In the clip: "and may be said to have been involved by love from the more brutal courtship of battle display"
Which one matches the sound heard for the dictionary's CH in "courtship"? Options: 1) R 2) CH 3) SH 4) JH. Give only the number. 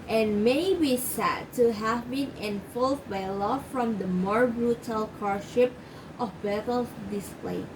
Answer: 3